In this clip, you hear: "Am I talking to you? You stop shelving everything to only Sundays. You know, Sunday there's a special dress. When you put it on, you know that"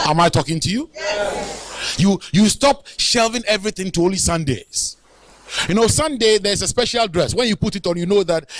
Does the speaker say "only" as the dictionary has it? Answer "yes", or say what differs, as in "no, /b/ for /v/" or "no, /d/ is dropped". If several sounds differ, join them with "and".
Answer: no, /n/ is dropped